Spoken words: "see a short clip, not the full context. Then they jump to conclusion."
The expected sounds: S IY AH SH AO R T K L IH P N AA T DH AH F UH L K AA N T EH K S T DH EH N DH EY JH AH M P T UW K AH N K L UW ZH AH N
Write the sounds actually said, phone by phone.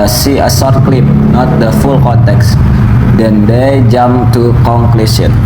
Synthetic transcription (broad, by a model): S IY AH S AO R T K L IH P N AA T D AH F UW L K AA N T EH K S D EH N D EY JH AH M T UW K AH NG K L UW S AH N